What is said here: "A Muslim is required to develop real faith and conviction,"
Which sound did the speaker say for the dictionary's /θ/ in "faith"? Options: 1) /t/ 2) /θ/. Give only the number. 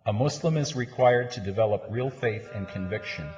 2